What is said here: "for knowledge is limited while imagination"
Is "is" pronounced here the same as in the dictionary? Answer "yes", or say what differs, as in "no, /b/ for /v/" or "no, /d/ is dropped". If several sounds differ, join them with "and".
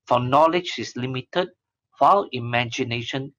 no, /s/ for /z/